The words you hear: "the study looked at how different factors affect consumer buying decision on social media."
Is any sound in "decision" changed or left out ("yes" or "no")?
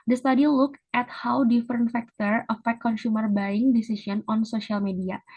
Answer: yes